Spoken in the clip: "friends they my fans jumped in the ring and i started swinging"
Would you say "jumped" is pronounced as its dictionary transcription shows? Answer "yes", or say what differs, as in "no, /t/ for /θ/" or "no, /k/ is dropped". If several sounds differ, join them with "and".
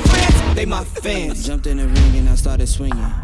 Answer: yes